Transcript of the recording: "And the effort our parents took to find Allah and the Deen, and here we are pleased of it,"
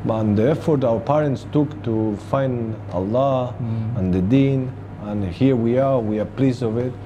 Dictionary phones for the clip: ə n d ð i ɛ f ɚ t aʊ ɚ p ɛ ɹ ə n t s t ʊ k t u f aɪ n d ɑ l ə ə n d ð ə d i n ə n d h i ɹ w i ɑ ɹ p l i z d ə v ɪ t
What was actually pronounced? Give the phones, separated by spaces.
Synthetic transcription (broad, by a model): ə n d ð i ɛ f ɚ t aʊ ɚ p ɛ ɹ ə n t s t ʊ k t u f aɪ n d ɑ l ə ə n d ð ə d i n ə n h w i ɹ w i ɑ ɹ p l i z ə v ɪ t